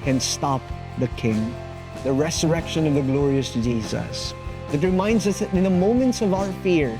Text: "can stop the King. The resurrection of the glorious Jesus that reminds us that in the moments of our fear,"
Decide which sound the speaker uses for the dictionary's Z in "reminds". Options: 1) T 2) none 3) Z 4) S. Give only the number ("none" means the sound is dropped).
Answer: 3